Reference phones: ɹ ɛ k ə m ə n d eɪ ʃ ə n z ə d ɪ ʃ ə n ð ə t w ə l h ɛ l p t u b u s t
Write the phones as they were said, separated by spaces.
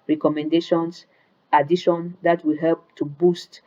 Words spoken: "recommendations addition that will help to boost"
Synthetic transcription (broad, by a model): ɹ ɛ k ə m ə n d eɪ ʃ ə n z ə d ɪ ʃ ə n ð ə t w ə h ɛ l p t u b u s t